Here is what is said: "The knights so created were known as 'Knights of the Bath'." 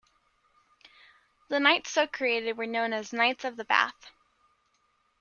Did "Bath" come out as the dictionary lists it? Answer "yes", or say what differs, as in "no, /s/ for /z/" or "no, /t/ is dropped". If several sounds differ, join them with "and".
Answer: yes